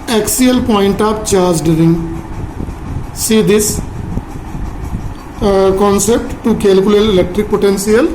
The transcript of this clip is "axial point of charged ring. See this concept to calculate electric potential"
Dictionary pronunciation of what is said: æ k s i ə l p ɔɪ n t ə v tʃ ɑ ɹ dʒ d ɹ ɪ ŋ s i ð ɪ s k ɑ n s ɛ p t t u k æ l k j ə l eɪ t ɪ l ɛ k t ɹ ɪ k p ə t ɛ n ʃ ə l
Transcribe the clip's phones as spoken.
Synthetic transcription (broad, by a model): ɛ k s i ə l p ɔɪ n t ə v tʃ ɑ ɹ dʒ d ɹ ɪ ŋ s i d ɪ s k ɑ n s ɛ p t t u k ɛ l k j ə l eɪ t ɪ l ɛ k t ɹ ɪ k p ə t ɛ n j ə l